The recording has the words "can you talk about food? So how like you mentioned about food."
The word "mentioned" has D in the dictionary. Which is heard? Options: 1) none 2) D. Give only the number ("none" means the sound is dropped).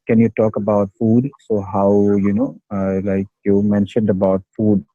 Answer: 2